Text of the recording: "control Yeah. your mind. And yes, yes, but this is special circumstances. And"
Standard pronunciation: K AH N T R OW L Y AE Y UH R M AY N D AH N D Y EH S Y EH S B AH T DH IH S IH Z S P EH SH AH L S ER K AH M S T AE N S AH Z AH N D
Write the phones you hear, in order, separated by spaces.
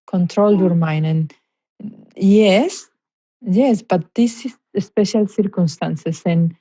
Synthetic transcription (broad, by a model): K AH N T R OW L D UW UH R M AY N AH N Y EH S Y EH S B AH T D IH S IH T S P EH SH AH L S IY K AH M S T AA N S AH S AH N